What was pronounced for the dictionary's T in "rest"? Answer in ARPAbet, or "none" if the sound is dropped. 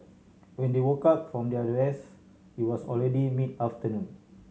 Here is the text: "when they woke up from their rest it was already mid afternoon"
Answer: none